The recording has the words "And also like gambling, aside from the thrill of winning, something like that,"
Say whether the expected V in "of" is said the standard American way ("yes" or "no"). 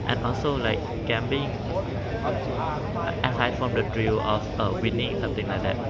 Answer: no